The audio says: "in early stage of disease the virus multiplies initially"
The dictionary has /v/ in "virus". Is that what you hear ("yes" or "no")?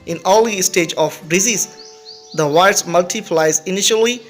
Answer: no